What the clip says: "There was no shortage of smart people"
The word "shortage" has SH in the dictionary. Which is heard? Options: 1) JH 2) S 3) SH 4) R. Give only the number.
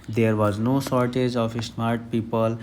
2